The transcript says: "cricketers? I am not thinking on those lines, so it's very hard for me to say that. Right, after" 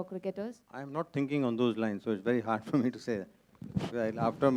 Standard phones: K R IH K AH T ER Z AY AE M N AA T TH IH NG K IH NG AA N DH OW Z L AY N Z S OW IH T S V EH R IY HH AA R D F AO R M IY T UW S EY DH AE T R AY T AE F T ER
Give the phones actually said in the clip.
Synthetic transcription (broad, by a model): K R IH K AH T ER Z AY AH M N AA T T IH NG K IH NG AA N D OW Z L AY N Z S OW IH T S V EH R IY HH AA R D F AO R M IY T UW S EY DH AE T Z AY AA F T ER